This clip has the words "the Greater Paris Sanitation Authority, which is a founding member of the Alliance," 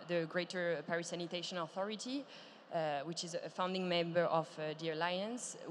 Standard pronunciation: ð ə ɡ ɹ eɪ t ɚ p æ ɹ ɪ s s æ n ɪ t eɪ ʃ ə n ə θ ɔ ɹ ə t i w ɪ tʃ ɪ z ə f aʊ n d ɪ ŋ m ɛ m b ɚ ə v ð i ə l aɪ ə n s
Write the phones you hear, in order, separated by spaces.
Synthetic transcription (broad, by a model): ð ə ɡ ɹ eɪ t ɚ p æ ɹ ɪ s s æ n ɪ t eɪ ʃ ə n ə θ ɔ ɹ ə t i w ɪ tʃ ɪ z ə f aʊ n d ɪ ŋ m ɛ m b ɚ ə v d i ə l aɪ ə n s